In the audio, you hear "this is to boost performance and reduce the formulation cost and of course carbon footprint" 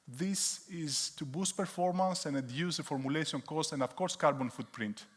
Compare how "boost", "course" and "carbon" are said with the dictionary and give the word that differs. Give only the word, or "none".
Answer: none